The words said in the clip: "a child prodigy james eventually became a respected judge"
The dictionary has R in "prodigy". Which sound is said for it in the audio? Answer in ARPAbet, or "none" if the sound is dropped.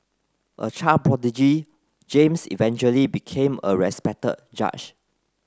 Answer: none